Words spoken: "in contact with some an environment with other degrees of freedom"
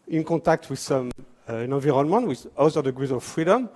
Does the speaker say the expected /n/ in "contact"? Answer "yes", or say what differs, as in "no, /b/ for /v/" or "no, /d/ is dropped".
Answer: no, /n/ is dropped